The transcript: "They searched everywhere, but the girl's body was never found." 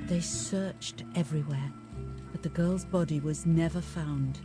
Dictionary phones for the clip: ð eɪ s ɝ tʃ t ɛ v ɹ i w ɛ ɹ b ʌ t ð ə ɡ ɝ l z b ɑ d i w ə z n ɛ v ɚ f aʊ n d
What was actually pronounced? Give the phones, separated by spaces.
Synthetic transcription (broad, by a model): ð eɪ s ɝ tʃ t ɛ v ɹ i w ɛ ɹ b ʌ t ð ə ɡ ɝ l z b ɑ d i w ə z n ɛ v ɚ f aʊ n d